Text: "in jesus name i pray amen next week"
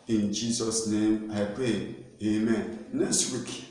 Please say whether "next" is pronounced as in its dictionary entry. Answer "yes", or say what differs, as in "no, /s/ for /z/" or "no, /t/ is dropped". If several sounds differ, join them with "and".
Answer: no, /k/ is dropped